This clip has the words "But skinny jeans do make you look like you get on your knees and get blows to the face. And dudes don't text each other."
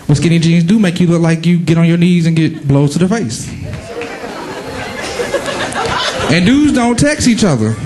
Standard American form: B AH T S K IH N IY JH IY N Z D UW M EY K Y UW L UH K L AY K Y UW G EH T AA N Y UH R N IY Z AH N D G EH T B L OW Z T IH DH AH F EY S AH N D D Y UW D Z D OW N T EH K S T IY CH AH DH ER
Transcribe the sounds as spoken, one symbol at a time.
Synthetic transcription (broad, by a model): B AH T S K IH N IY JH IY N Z D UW M EY K Y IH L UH L AY K Y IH G EH T N Y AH R N IY Z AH N G EH T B L OW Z T IH DH AH F EY S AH N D D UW Z D OW N T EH K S IY CH AH DH ER